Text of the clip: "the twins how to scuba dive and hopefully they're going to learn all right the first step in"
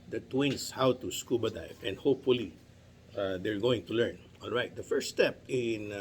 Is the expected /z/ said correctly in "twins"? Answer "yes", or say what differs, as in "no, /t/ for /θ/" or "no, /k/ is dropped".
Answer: no, /s/ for /z/